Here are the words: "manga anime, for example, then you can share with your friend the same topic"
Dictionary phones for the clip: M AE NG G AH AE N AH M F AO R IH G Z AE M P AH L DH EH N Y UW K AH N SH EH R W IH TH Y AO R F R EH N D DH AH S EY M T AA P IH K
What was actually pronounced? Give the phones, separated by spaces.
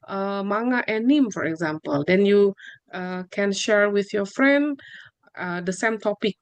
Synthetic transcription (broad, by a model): M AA NG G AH N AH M F AO R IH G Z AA M P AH L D EH N Y UW K AH N SH EH R W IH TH Y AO F R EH N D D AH S EY M T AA P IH K